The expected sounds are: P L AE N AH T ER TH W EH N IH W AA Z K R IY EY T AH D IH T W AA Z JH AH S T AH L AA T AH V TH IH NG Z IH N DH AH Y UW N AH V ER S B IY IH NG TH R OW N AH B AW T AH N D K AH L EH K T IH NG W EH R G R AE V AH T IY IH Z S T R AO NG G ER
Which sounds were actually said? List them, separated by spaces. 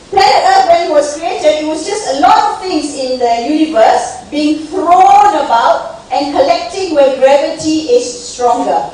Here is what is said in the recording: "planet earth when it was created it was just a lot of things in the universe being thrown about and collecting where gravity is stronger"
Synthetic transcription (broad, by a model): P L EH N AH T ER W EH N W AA S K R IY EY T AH IH T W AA S JH AH S T AH L AA T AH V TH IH NG S IH N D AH Y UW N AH V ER S B IY IH NG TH R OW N AH B AW T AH N K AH L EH K T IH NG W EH G R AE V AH T IY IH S T R AO NG G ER